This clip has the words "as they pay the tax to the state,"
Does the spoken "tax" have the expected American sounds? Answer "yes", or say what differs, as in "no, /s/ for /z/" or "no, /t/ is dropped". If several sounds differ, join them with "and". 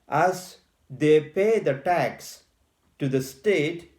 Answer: yes